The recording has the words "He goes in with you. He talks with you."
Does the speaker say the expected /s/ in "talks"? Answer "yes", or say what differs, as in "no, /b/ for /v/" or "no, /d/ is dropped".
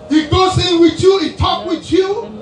no, /s/ is dropped